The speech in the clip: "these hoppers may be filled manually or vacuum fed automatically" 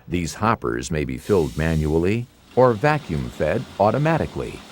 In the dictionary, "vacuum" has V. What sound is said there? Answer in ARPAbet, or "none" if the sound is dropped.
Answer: V